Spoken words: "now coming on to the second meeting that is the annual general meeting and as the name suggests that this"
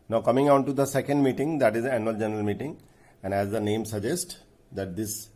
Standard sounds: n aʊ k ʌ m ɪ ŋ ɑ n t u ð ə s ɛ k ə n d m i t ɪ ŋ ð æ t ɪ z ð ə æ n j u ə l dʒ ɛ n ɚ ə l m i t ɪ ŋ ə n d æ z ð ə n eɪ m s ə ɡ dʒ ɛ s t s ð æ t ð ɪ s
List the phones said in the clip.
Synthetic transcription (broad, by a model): n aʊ k ʌ m ɪ ŋ ɑ n t u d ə s ɛ k ə n d m i t ɪ ŋ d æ t ɪ z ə æ n j u ə l dʒ ɛ n ɚ ə l m i t ɪ ŋ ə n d æ z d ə n eɪ m s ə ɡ dʒ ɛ s t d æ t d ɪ s